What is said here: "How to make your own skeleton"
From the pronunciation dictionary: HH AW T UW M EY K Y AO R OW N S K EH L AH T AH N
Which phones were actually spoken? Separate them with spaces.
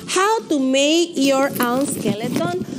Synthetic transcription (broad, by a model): HH AW T UW M EY K Y AO R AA L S K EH L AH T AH N